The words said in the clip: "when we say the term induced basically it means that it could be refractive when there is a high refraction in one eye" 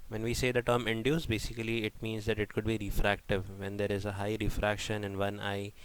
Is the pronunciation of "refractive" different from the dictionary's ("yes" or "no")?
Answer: no